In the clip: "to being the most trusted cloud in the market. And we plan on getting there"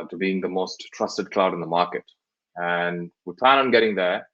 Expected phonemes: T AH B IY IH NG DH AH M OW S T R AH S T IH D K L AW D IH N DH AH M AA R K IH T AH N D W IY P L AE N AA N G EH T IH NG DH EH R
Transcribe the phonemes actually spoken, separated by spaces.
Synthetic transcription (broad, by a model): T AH B IY IH NG DH AH M OW S T R AH S T IH D K L AW D IH N DH AH M AA R K IH T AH N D W IY P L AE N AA N G EH T IH NG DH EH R